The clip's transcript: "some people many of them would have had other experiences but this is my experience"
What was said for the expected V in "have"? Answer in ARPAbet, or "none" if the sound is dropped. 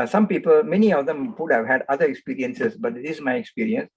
V